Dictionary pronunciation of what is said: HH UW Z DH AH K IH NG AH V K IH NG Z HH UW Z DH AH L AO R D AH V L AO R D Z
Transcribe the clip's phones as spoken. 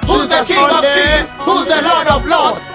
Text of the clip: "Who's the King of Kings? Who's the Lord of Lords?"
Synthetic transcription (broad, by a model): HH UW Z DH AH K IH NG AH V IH Z HH UW Z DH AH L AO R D AH V L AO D